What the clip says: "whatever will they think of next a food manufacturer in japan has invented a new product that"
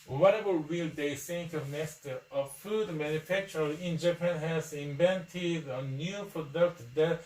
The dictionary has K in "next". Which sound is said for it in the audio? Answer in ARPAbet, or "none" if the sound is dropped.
none